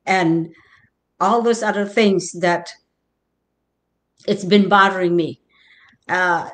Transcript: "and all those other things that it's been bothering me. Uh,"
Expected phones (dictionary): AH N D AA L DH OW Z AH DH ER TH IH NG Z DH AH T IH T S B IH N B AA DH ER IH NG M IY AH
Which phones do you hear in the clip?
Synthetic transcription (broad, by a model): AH N AA L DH OW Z AH DH ER TH IH NG Z DH AH T IH T S B IH N B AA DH ER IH NG M IY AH